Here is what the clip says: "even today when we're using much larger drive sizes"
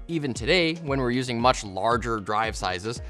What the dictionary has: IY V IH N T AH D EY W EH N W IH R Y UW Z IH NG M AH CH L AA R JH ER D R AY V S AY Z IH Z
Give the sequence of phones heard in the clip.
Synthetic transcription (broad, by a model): IY V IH N T AH D EY W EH N W IH R Y UW Z IH NG M AH CH L AA R JH ER D R AY V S AY Z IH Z